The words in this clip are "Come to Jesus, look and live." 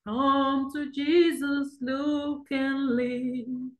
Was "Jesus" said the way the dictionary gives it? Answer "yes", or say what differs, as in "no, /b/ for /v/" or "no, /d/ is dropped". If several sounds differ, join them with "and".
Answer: yes